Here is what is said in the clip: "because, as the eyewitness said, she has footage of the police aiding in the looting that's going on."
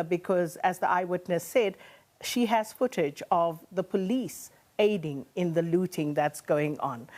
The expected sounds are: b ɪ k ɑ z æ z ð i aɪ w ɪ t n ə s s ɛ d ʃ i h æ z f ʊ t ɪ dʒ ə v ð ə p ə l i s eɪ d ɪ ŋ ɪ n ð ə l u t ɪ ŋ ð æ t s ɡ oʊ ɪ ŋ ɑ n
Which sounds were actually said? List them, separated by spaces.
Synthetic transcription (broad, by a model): b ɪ k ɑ z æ z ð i aɪ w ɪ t n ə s s ɛ d ʃ i h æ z f ʊ t ɪ dʒ ə v ð ə p ə l i s eɪ d ɪ ŋ ɪ n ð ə l u t ɪ ŋ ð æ t s ɡ oʊ ɪ ŋ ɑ n